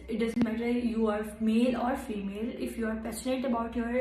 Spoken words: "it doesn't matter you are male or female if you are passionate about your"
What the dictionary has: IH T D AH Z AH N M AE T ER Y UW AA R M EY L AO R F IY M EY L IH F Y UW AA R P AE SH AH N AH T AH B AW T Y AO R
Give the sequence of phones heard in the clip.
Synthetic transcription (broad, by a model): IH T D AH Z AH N M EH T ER Y UW AA R M EY L AO R F IY M EY L IH F Y UW AA R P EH S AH N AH T AH B AW T Y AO R